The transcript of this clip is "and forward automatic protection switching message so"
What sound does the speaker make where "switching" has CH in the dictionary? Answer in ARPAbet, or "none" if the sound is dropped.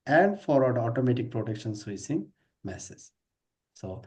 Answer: S